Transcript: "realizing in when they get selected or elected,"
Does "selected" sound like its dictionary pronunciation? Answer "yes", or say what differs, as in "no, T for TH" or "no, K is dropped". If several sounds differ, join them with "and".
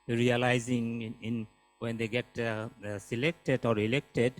yes